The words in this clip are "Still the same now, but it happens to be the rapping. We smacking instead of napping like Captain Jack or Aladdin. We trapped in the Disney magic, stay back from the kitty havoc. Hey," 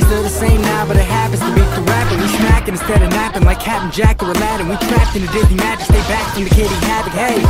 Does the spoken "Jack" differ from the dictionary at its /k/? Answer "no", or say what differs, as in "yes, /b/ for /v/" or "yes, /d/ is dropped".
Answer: no